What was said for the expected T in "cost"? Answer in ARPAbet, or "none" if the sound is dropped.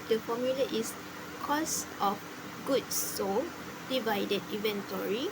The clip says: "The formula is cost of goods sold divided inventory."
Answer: T